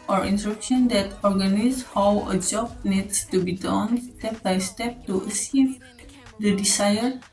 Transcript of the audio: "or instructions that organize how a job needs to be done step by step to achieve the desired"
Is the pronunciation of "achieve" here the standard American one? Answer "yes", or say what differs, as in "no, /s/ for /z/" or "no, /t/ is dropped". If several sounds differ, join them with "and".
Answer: no, /s/ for /tʃ/